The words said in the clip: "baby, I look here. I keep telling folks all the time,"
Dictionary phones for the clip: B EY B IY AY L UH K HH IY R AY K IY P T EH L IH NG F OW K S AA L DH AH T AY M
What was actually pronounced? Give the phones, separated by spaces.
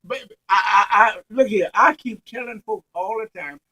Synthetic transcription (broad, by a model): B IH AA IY AY L UH K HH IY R AY K IY P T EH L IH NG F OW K AA L DH AH T AY M